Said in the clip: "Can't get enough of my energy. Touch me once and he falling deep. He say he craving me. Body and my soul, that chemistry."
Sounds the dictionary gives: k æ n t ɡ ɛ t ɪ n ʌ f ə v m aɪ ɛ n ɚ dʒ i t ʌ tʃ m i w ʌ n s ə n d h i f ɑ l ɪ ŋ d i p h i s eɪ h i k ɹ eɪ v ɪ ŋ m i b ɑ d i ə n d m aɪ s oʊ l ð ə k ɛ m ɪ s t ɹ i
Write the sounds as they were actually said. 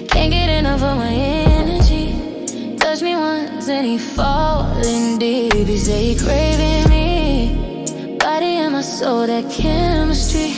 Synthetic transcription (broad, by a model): k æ n ɡ ɛ t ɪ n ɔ ə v m aɪ ɛ n ɚ dʒ i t ʌ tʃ m i w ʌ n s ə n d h i f ɑ l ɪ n d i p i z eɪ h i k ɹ eɪ v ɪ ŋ m i b ɑ d i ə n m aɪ s oʊ l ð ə k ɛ m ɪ s t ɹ i